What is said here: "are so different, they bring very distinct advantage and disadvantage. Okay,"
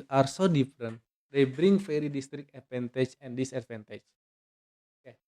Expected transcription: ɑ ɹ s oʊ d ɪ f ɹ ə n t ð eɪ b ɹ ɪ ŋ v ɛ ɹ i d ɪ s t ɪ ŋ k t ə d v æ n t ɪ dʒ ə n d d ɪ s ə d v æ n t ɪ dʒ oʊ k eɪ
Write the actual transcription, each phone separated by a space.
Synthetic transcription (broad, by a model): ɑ ɹ s oʊ d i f ɹ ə n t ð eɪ b ɹ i ŋ f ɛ ɹ i d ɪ s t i k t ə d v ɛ n t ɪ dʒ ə n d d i s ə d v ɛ n t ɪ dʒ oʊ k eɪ